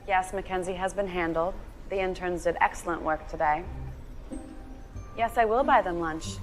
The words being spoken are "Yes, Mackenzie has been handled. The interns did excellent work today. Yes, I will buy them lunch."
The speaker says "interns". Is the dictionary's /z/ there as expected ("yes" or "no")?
yes